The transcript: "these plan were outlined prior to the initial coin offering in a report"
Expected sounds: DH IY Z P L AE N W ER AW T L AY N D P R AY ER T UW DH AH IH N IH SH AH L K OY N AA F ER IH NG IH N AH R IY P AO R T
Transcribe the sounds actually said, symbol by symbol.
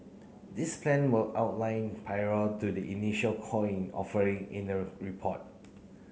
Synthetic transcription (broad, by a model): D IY S P L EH N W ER AW T L AY N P AY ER T UW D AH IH N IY SH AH L K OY N AA F ER IH NG IH N AH R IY P AO T